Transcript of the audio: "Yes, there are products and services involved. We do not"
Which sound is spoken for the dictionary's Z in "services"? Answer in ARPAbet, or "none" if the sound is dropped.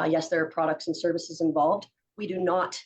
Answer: Z